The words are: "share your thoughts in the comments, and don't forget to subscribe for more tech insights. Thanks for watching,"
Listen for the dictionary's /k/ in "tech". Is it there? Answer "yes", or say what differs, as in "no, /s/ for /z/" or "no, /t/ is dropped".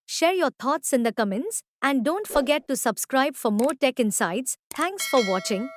yes